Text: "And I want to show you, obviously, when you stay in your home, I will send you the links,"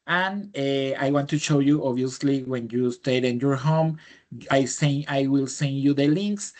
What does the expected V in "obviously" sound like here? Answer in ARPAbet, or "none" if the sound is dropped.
none